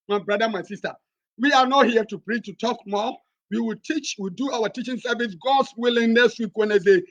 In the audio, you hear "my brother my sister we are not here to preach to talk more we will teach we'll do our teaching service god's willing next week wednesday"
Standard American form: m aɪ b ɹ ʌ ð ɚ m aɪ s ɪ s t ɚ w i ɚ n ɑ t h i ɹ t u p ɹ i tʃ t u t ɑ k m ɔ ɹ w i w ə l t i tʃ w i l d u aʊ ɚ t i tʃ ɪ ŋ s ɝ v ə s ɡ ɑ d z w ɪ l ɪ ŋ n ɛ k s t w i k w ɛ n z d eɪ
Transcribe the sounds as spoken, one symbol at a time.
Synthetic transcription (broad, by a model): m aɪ b ɹ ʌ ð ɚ m aɪ s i s t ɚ w i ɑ n ɑ t h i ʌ t u p ɹ i tʃ t u t ɑ k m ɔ w i w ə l t i tʃ w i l d u aʊ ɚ t i tʃ ɪ ŋ s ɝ v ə s ɡ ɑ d s w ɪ l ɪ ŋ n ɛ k s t w i k w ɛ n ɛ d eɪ